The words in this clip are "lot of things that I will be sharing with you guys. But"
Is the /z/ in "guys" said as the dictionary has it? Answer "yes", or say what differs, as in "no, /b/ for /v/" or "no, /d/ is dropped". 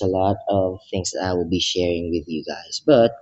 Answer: no, /s/ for /z/